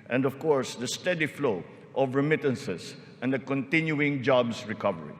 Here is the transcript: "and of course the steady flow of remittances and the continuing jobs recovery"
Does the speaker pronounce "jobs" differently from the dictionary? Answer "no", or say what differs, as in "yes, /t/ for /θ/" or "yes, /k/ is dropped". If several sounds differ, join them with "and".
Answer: yes, /s/ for /z/